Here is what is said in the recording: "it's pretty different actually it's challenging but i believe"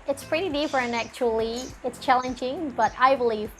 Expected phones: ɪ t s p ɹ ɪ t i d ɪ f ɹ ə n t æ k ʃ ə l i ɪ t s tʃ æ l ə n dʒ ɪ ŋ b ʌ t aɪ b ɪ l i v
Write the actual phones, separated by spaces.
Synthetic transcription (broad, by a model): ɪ t s p ɹ ɪ t i d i p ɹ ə n æ k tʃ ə l i ɪ t s tʃ æ l ə n dʒ ɪ ŋ b ʌ t aɪ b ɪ l i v